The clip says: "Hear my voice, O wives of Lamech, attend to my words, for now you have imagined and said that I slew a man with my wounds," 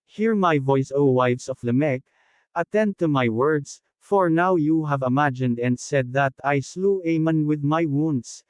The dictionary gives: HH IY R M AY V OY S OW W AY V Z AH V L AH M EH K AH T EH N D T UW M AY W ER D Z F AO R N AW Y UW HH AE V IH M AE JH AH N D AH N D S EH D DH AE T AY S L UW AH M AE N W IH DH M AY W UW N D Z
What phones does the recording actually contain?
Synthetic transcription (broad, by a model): HH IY R M AY V OY S OW W AY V S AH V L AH M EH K AH T EH N D T UW M AY W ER D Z F AO R N AW Y UW HH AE V IH M AE JH AH N D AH N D S EH D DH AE T AY S L UW AH M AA N W IH DH M AY W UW N D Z